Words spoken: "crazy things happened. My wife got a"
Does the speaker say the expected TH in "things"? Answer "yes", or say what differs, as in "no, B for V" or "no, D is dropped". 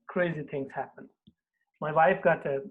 no, T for TH